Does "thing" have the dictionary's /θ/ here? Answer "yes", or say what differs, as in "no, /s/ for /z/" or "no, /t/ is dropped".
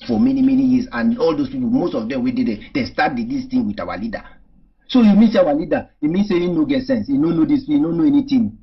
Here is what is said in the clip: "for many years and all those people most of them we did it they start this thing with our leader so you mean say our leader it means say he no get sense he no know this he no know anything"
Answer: no, /t/ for /θ/